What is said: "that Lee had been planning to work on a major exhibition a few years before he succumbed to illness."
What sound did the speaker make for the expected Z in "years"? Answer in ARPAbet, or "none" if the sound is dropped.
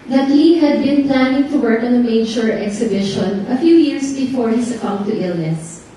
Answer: S